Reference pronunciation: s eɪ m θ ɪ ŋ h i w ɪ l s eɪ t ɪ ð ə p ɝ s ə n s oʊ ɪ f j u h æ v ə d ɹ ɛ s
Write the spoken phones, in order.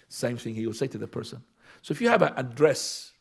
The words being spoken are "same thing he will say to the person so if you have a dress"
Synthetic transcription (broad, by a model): s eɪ m θ ɪ ŋ h i w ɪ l s eɪ t ɪ ð ə p ɝ s ə n s oʊ ɪ f j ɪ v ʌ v ə d ɹ ɛ s